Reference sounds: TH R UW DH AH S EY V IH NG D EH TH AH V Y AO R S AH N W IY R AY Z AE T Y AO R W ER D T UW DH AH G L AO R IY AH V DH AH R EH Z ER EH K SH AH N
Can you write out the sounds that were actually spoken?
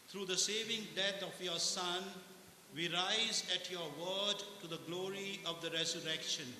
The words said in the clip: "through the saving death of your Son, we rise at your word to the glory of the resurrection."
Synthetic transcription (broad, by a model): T R UW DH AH S EY V IH NG D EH T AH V Y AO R S AH N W IY R AY Z AE T Y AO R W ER D T UW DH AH G L AO R IY AH V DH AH R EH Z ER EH K SH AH N